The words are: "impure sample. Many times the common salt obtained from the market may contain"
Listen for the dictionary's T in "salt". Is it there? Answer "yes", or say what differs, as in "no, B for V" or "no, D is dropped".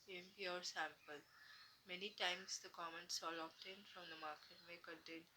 no, T is dropped